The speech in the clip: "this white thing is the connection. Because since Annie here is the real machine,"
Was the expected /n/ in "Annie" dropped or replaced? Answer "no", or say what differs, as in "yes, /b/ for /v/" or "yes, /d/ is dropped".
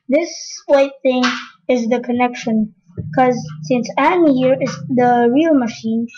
yes, /n/ is dropped